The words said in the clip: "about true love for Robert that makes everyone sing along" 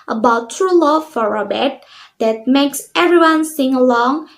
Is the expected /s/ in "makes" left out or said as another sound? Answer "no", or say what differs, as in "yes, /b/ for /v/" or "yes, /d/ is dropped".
no